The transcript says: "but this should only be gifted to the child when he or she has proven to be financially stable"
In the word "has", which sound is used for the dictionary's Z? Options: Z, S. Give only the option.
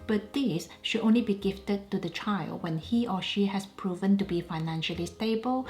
S